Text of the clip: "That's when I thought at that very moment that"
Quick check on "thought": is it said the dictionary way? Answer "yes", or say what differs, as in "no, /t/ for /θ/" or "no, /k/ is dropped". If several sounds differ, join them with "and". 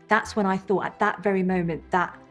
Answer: yes